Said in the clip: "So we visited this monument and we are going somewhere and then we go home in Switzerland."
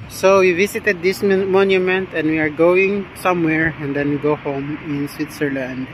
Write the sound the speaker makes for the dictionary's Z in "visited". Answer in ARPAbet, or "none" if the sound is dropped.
S